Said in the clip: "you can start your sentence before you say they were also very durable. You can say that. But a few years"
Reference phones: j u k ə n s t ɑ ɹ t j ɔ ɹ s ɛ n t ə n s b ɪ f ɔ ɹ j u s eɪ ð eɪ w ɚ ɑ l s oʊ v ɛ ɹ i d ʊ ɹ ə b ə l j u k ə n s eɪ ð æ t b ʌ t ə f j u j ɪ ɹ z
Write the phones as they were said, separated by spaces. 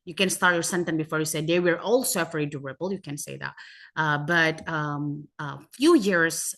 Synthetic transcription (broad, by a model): j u k ə n s t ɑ ɹ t j ɔ ɹ s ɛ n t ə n b ɪ f ɔ ɹ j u s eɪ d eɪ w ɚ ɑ l s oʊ f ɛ ɹ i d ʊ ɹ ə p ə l j u k ə n s eɪ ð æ t b ʌ t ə f j u j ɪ ɹ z